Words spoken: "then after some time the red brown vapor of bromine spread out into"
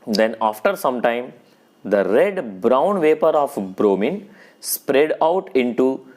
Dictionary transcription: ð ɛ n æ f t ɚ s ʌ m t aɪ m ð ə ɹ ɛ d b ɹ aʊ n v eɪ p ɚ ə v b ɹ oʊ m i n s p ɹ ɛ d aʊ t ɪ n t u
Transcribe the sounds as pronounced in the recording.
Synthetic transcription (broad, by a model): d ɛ n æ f t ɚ s ʌ m t aɪ m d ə ɹ ɛ d b ɹ aʊ n v eɪ p ɚ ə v b ɹ oʊ m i n s p ɹ ɛ d aʊ t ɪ n t u